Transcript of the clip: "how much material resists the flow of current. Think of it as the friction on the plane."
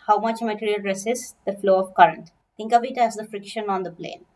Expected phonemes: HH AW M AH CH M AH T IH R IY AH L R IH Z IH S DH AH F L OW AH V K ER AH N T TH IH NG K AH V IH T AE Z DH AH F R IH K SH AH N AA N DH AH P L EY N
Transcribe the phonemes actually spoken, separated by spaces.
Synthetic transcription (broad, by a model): HH AW M AH CH M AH T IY R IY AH L R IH S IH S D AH F L OW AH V K ER AH N T T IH NG K AH V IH T AE Z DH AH F R IH K SH AH N AA N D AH P L EY N